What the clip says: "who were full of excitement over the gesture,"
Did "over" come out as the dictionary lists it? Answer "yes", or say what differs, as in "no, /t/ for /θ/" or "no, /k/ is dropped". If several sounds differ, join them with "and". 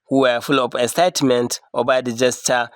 no, /b/ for /v/